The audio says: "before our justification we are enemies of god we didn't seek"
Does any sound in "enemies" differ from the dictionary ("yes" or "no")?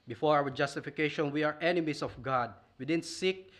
yes